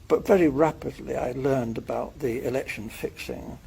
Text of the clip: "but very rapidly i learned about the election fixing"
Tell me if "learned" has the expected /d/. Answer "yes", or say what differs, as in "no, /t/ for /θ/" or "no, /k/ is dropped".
yes